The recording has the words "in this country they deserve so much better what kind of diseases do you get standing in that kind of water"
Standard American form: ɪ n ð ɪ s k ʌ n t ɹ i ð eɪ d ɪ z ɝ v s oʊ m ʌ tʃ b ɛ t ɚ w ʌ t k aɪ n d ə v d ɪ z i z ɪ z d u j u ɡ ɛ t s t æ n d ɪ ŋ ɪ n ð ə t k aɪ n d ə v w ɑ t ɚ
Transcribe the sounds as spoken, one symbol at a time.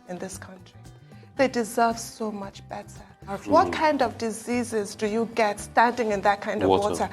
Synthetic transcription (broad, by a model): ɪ n ð ɪ s k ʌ n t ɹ i ð eɪ d ɪ z ɝ v s oʊ m ʌ tʃ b ɛ t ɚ w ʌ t k aɪ n d ə v d ɪ z i z ɪ z d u j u ɡ ɛ t s t æ n d ɪ ŋ ɪ n ð ə t k aɪ n d ə v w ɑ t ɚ